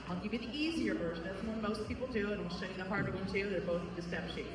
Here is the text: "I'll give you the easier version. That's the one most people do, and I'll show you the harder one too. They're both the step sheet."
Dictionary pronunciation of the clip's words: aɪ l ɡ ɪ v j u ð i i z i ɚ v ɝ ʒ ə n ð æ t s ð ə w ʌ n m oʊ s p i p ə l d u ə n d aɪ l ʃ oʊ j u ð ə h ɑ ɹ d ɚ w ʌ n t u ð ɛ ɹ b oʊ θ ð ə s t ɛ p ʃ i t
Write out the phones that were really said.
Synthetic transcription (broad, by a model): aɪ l ɡ ɪ v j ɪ ð i i z i ɚ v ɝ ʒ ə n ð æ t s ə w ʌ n m oʊ s p i p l d u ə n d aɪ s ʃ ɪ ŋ ð ə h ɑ ɹ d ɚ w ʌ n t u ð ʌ ɹ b oʊ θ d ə s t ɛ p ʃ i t